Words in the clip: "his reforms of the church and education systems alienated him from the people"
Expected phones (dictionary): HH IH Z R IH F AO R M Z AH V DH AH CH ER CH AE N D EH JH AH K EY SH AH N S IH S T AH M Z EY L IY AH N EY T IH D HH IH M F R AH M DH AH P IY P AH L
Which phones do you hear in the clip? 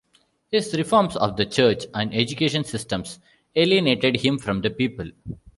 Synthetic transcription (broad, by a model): HH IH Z R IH F AO R M S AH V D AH CH ER CH AE N D EH JH AH K EY SH AH N S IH S T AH M S EY L IY AH N EY T IH D HH IH M F R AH M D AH P IY P AH L